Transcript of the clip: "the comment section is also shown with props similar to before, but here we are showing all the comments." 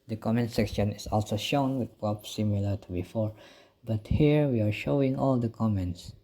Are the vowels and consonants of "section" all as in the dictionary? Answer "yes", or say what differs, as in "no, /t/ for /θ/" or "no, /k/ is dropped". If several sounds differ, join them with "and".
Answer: yes